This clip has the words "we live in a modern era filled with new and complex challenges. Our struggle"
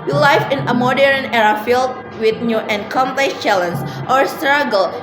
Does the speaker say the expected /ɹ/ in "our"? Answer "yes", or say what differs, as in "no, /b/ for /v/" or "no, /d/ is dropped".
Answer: yes